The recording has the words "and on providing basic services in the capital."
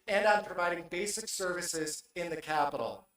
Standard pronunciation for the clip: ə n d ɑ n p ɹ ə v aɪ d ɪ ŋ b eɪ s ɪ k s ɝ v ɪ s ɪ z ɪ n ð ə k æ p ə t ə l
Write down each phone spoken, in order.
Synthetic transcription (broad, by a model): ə n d ɑ n p ɹ ə v aɪ d ɪ ŋ b eɪ s ɪ k s ɝ v ɪ s ɪ z ɪ n ð ə k æ p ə t l